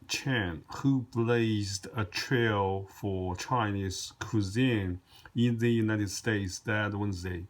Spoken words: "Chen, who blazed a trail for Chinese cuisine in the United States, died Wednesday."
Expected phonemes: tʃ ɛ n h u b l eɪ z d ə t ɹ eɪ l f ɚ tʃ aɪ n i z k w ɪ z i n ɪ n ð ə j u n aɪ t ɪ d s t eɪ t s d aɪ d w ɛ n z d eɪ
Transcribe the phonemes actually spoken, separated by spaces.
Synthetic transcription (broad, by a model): tʃ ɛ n h u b l eɪ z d ə t ɹ eɪ l f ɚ tʃ aɪ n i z k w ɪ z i n ɪ n ð ə j u n aɪ t ɪ d s t eɪ t s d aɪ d w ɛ n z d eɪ